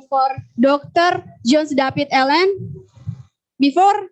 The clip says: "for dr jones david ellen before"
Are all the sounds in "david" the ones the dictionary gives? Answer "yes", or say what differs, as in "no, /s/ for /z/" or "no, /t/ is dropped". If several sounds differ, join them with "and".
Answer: no, /p/ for /v/